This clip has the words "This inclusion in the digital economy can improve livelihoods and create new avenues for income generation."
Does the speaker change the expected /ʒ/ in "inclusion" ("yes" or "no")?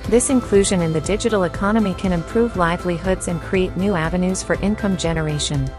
no